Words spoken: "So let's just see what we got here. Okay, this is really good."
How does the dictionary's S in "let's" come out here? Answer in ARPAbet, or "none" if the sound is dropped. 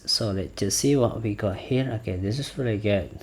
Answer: none